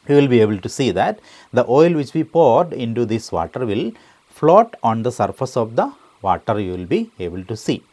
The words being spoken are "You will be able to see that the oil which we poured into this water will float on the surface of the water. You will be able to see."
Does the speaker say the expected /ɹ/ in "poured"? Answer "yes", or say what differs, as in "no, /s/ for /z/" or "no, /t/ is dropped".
yes